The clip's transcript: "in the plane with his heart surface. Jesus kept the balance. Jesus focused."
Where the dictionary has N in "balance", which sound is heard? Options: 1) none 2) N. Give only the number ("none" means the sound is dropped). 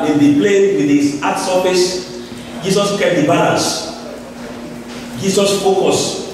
1